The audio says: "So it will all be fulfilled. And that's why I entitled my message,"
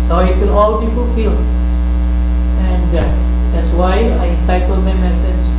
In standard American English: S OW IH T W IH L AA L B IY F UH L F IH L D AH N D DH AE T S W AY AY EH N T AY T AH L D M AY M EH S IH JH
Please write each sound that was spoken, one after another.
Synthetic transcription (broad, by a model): S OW IH T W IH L AA L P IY P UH L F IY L AH N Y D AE T S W AY AY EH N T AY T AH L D M AY M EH S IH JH